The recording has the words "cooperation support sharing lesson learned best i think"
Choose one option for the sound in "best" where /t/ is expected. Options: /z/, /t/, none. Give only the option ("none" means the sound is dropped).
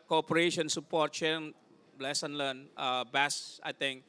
none